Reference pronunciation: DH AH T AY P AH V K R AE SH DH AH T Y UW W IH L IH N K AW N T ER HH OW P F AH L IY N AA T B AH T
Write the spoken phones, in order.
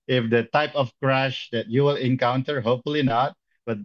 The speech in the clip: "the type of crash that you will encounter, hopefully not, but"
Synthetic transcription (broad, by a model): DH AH T AY P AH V K R AE SH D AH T Y UW W IH L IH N K AW N T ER HH OW P F AH L IY N AA T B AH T